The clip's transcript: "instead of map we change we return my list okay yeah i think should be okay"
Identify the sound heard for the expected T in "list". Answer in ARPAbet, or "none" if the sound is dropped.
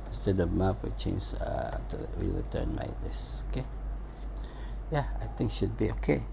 none